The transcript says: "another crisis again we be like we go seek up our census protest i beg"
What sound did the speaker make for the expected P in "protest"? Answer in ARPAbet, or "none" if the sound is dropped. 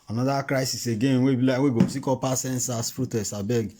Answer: F